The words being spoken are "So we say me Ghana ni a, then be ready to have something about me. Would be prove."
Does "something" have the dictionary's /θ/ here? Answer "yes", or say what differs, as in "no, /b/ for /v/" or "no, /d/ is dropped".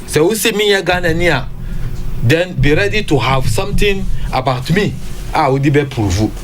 no, /t/ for /θ/